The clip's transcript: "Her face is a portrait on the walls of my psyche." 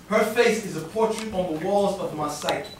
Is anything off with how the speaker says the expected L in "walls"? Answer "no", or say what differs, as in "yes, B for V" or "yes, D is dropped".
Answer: no